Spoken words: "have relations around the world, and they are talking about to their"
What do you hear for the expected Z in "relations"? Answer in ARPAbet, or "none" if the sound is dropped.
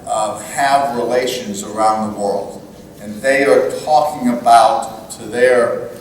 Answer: Z